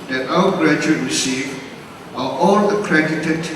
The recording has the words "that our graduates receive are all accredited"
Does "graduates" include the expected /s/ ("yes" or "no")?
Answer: no